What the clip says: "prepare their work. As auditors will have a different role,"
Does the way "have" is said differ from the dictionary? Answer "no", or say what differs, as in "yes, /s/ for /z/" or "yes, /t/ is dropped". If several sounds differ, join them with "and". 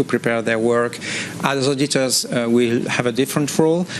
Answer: no